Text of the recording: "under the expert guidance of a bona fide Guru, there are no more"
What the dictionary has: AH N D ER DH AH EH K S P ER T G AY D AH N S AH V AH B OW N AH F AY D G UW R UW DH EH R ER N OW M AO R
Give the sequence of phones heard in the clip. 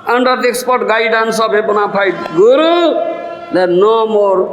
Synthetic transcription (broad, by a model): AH N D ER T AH K S P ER T G AY D AH N S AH B AH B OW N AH P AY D G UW R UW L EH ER N OW M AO R